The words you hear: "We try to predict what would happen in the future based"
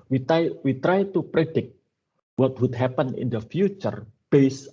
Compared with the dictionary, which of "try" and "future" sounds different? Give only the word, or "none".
none